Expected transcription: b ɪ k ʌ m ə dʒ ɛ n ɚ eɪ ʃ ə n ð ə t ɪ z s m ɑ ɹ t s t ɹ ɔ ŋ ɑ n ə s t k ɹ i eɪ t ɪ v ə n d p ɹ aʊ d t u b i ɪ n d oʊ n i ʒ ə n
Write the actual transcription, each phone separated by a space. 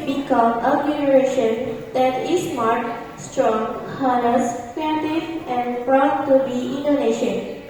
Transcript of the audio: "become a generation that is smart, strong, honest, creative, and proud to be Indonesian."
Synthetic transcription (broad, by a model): b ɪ k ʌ m ə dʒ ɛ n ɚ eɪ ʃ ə n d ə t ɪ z s m ɑ ɹ t s t ɹ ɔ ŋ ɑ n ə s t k i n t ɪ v ə n d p ɹ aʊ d t u b i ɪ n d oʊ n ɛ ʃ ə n